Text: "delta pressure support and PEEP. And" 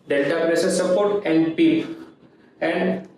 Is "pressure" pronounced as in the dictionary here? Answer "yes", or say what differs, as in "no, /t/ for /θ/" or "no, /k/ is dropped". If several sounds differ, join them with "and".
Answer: no, /s/ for /ʃ/